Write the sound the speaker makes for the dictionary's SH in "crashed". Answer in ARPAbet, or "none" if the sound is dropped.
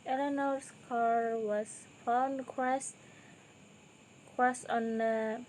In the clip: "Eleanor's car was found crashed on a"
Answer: S